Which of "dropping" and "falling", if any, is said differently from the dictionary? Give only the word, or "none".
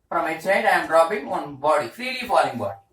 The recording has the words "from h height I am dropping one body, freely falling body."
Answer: dropping